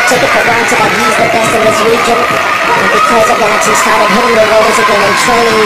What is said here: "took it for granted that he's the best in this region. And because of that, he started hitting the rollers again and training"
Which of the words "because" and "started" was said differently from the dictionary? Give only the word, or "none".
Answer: none